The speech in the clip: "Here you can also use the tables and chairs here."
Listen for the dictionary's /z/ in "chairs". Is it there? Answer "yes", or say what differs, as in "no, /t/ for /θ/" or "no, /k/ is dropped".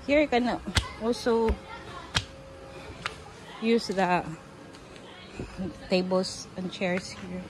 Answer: no, /s/ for /z/